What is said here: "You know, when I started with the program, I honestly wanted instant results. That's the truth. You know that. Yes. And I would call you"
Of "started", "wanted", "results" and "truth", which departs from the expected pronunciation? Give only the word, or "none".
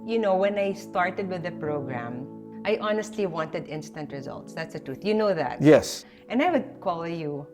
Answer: none